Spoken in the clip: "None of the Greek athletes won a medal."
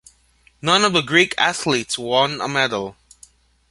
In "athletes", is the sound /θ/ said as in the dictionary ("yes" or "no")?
yes